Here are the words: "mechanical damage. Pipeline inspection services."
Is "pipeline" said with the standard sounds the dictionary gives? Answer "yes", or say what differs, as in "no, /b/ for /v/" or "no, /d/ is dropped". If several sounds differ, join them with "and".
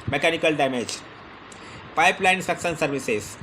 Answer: no, /n/ is dropped